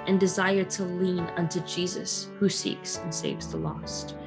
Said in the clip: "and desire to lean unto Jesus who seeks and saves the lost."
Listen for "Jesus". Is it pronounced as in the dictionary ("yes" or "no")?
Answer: yes